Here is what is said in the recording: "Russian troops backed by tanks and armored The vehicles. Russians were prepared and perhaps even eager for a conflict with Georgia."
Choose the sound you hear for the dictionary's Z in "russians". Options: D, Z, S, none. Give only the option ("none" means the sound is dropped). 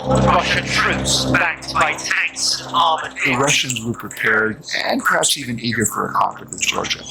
Z